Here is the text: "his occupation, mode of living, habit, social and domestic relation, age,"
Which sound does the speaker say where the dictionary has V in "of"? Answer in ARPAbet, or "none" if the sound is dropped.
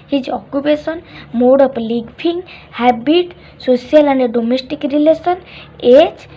P